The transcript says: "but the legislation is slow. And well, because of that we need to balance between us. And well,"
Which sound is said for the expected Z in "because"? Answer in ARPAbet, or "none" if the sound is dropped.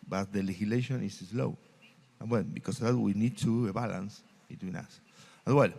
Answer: S